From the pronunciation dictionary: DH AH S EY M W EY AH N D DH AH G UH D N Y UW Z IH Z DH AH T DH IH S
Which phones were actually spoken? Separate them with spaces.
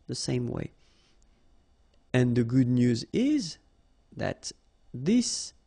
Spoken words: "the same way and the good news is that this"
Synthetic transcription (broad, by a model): DH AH S EY M W EY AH N DH AH G UH D N Y UW Z IH Z DH AH T DH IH S